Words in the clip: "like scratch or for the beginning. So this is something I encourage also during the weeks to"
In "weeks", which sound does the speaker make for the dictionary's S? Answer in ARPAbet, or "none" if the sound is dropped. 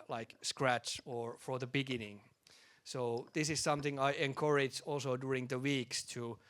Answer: S